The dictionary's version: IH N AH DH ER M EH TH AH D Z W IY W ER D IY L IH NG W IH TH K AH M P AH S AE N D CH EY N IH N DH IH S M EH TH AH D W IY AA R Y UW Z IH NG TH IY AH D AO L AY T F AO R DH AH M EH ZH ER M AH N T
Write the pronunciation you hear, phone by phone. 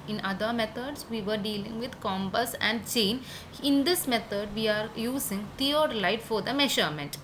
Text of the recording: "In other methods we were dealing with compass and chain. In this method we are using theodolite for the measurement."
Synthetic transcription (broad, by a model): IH N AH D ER M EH T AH D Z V IY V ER D IY L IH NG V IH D K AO M B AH S AE N D CH EY N IH N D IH S M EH T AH D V IY AA R Y UW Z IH NG T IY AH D L AY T F AO R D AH M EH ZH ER M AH N T